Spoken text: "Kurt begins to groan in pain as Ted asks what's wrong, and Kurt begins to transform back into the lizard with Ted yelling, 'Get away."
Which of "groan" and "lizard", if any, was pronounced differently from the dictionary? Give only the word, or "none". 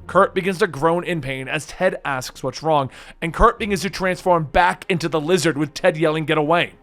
none